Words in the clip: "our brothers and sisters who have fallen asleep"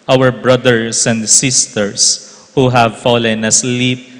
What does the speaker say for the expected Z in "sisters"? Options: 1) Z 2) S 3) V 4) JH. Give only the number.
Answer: 2